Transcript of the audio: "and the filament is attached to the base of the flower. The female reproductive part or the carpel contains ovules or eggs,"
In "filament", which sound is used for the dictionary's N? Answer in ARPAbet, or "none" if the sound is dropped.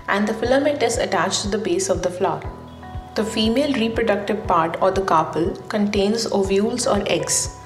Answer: none